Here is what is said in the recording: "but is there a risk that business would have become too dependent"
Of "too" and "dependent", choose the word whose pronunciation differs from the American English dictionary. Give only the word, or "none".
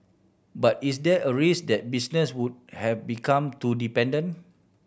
dependent